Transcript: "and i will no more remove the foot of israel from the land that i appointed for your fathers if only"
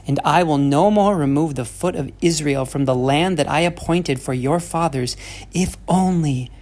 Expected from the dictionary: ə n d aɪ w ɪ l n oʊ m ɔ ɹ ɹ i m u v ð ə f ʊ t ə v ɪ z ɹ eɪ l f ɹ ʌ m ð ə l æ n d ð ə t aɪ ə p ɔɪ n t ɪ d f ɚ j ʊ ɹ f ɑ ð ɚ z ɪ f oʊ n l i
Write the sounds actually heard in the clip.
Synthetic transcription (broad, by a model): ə n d aɪ w ɪ l n oʊ m ɔ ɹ ɹ i m u v ð ə f ʊ t ə v ɪ z ɹ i l f ɹ ʌ m ð ə l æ n ð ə t aɪ ə p ɔɪ n t ɪ d f ɚ j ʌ ɹ f ɑ ð ɚ z ɪ f oʊ n l i